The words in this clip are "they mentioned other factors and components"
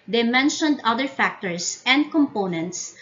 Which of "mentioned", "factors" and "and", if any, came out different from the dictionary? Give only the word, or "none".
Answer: factors